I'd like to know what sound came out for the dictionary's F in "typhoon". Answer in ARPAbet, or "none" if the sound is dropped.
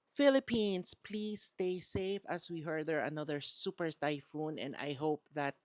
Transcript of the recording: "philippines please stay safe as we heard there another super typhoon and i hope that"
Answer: F